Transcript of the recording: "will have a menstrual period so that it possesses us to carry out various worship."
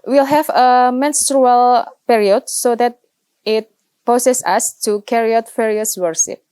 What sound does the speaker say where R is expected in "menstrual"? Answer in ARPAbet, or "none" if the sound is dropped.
R